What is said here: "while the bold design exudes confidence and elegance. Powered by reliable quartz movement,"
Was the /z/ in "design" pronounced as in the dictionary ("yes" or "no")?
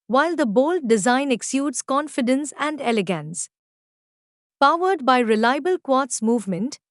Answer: yes